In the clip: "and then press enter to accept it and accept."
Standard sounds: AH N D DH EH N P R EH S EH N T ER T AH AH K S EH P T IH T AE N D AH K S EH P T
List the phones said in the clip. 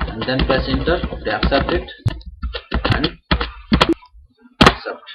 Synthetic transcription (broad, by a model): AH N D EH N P EH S EH N T ER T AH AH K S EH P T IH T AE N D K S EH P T